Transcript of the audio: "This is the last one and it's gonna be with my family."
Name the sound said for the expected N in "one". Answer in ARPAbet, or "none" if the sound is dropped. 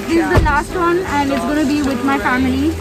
N